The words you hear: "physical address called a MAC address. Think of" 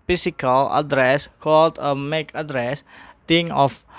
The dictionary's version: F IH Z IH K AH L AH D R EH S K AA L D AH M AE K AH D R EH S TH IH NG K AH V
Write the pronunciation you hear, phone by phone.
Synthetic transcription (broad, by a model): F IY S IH K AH L AH D R EH S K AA L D AH M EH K AH D R EH S T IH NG AH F